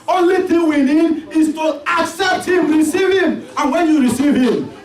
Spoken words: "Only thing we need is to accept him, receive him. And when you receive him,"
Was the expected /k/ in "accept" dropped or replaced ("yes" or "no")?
no